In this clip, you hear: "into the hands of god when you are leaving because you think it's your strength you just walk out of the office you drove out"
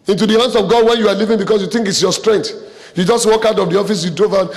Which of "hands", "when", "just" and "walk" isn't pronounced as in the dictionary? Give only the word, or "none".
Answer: hands